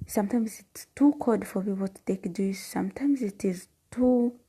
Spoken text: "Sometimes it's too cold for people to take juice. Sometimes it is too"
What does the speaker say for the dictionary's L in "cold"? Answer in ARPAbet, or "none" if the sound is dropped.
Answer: none